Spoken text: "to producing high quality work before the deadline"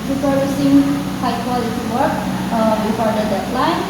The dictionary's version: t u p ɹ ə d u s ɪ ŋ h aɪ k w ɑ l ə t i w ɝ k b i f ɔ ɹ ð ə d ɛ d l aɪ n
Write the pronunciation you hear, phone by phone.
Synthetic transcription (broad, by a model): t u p ə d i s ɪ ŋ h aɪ k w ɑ l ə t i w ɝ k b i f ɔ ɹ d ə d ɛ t l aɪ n